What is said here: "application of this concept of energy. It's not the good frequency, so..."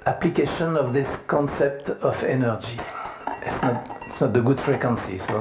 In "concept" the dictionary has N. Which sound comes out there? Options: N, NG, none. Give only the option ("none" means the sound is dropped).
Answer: N